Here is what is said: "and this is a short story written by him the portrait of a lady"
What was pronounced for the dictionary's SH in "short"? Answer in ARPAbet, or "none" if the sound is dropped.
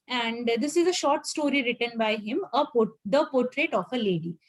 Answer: SH